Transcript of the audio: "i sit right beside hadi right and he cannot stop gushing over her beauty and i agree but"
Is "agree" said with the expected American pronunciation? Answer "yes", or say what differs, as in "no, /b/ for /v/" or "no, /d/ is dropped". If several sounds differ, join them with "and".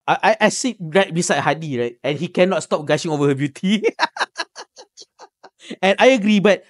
yes